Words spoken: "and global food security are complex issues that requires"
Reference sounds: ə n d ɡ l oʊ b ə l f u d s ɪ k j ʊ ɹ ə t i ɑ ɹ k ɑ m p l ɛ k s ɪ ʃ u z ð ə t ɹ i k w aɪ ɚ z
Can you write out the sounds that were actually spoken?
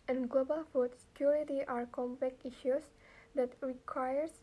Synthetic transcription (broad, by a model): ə n ɡ l oʊ b ə l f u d s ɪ k j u ɹ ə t i ɑ ɹ k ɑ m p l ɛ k i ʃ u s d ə t ɹ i k w aɪ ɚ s